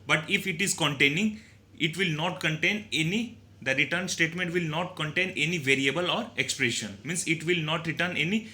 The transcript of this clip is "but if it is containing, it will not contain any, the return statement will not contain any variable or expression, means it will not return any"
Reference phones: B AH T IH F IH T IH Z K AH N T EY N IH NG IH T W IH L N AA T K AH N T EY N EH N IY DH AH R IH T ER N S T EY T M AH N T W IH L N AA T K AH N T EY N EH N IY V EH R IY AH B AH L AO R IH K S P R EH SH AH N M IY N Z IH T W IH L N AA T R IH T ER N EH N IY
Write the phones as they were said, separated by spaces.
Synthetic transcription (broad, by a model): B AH T IH F IH T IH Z K AH N T EY N IH NG IH T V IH L N AA T K AH N T EY N EH N IY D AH R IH T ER N S T EY T M AH N T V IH L N AA T K AH N T EY N EH N IY V EH R IY AH B AH L AO R IH K S P R EH SH AH N M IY N S IH T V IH L N AA T R IH T ER N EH N IY